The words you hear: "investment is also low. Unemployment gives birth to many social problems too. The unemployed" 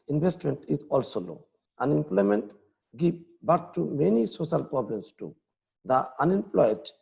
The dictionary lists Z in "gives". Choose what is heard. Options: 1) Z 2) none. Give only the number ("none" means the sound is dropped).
2